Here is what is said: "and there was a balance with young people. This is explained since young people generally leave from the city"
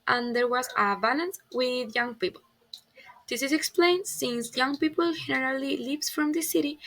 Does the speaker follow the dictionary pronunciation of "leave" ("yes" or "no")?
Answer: no